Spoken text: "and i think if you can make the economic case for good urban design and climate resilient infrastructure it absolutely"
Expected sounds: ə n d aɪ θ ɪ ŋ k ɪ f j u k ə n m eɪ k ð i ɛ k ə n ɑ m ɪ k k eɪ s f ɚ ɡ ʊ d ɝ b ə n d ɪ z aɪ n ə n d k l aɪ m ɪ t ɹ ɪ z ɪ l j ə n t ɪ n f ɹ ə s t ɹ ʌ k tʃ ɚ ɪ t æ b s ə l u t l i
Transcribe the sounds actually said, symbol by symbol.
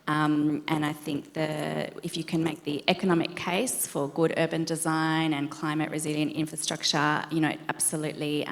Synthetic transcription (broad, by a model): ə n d aɪ θ ɪ ŋ k ɪ f j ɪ k ə n m eɪ k ð i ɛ k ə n ɑ m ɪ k k eɪ s f ɚ ɡ ʊ d ɝ b ə n d ɪ z aɪ n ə n k l aɪ m ɪ t ɹ ɪ z ɪ l j ə n t ɪ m f ɹ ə s t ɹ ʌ k tʃ ɚ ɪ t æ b s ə l u t l i